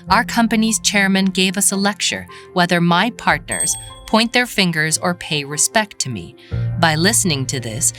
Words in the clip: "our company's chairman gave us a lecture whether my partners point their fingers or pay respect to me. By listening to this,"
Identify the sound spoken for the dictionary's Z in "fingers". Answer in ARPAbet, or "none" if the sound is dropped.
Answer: Z